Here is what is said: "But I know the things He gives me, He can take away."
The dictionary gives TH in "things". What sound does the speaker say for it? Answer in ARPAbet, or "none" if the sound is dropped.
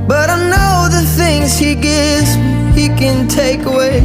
TH